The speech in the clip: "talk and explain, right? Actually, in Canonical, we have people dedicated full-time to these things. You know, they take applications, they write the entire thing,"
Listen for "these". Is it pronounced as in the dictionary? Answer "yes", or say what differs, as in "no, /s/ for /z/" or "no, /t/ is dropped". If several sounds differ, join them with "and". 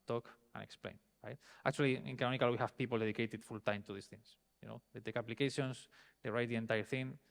no, /s/ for /z/